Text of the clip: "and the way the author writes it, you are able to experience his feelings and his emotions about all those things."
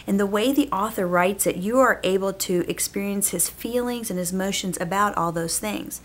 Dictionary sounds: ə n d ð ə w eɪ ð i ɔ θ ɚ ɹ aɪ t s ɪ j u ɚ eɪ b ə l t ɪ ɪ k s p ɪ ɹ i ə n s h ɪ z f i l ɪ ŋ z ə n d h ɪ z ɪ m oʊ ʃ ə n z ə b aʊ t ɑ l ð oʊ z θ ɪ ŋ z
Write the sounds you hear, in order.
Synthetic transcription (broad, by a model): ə n ð ə w eɪ ð i ɔ θ ɚ ɹ aɪ t s ɪ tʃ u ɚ eɪ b l t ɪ ɪ k s p ɪ ɹ i ə n s h ɪ z f i l ɪ ŋ z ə n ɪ z m oʊ ʃ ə n z ə b aʊ t ɑ l ð oʊ z θ ɪ ŋ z